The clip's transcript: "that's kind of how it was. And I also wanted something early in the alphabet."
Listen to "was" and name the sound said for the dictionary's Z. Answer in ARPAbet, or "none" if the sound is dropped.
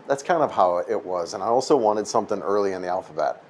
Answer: Z